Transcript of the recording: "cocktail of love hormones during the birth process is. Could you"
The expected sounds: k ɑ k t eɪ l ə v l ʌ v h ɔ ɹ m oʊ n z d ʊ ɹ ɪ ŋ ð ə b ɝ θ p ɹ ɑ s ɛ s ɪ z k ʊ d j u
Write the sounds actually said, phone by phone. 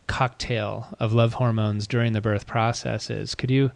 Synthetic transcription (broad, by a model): k ɑ k t eɪ l ə v l ʌ v h ɔ ɹ m oʊ n z d ʊ ɹ ɪ ŋ ð ə b ɝ θ p ɹ ɑ s ɛ s ɪ z k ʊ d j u